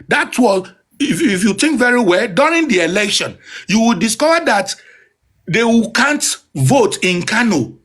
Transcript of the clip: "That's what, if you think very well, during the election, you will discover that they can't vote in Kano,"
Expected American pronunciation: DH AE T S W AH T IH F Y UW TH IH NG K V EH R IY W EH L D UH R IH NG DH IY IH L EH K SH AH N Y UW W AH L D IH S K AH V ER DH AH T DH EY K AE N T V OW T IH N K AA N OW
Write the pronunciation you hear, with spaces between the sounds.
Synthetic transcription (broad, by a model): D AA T W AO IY IH F Y UW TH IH NG K V EH R IY W EH L D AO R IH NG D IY IH L EH K SH AH N Y UW W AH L D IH S K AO V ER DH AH T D EY K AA N T V OW T IH N K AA N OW